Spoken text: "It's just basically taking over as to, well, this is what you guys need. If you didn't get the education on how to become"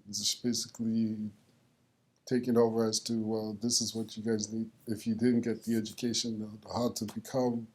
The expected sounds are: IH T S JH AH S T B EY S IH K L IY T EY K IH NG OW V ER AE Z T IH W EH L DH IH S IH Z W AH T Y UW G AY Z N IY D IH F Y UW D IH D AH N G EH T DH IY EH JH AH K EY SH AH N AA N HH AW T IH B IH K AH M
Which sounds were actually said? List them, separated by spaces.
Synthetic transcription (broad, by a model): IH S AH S B EY S IH K L IY T EY K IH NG OW V ER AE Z T IH W EH L DH IH S IH Z W AH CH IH G AY Z N IY D IH F Y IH D IH D N G EH T DH IY EH JH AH K EY SH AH N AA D T IH B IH K AH M